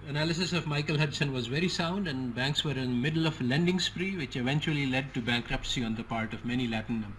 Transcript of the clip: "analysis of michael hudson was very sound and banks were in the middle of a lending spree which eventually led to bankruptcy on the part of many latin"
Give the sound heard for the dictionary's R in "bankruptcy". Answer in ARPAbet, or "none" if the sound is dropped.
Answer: R